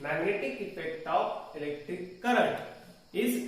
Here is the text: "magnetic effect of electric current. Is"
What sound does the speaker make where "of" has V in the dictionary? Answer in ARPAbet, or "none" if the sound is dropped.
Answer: P